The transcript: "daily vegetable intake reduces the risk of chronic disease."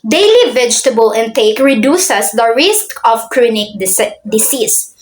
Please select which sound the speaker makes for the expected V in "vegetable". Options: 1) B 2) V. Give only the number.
2